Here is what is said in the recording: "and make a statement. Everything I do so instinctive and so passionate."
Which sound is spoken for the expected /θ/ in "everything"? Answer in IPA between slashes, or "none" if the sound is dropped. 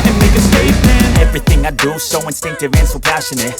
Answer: /θ/